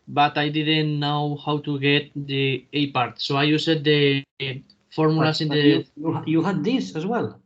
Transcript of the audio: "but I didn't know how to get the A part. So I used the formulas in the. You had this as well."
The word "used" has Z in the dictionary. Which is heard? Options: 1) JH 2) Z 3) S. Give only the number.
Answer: 3